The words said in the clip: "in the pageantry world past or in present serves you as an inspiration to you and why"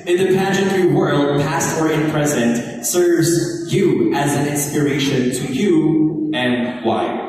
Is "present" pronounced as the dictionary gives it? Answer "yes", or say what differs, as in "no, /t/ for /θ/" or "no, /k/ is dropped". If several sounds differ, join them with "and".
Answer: yes